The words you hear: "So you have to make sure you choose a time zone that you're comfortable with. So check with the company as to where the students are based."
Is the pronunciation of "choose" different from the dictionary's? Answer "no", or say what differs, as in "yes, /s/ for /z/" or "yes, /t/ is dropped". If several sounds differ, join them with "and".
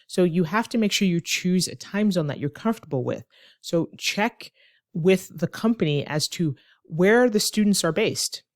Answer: no